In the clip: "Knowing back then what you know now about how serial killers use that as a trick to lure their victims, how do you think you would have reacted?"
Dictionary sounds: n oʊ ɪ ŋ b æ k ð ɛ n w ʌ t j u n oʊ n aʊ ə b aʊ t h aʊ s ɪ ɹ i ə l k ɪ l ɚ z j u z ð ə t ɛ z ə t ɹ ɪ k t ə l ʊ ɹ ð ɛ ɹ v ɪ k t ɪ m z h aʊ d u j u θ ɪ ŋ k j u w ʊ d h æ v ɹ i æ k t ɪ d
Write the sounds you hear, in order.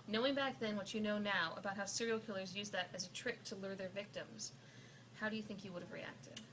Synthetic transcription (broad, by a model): n oʊ ɪ ŋ b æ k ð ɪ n w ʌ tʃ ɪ n oʊ n aʊ ə b aʊ t h aʊ s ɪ ɹ i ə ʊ k ɪ l ɚ z j u z ð ə t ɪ z ə t ɹ ɪ k t ə l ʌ ɹ ð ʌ ɹ v ɪ k t ɪ m z h aʊ d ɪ j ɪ θ ɪ ŋ k j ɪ w ʊ d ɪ v ɹ i æ k t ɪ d